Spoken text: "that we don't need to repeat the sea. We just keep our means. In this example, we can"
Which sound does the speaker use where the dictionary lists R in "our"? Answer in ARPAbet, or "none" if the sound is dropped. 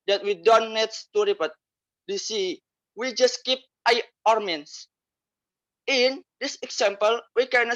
R